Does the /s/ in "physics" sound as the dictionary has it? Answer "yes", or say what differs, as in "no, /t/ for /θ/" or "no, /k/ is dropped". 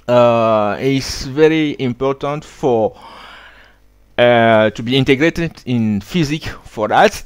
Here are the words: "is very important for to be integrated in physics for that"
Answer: no, /s/ is dropped